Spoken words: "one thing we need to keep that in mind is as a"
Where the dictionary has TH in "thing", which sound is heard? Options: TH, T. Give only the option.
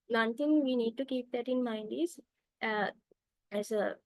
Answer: T